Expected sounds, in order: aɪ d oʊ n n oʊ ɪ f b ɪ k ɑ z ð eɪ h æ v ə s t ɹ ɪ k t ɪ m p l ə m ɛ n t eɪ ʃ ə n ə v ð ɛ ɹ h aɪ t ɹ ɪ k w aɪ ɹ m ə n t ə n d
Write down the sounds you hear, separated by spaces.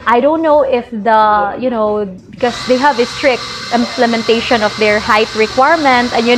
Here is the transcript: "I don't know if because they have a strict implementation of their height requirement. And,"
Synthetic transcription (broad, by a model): aɪ d oʊ n n oʊ ɪ f b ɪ k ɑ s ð eɪ h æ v ə s t ɹ ɪ k t ɪ m p l ə m ɛ n t eɪ ʃ ə n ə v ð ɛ ɹ h aɪ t ɹ ɪ k w aɪ ɹ m ə n t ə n